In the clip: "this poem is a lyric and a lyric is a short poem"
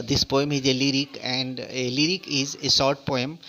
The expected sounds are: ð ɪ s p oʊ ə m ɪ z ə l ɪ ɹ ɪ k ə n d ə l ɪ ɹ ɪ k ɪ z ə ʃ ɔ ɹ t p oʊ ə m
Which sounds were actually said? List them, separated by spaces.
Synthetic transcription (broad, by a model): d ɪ s p oʊ ə m ɪ z ə l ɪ ɹ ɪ k ə n d ə l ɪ ɹ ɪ k ɪ z ə s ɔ ɹ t p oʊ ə m